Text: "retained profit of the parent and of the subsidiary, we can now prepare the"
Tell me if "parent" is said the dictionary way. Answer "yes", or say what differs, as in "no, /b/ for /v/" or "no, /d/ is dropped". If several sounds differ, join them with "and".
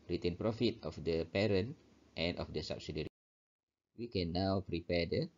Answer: yes